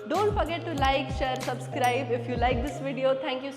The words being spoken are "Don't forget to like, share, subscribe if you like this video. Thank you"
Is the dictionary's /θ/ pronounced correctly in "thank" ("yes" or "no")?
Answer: no